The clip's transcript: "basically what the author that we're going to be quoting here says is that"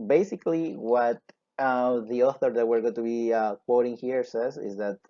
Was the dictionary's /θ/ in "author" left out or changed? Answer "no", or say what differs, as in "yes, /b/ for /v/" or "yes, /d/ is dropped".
no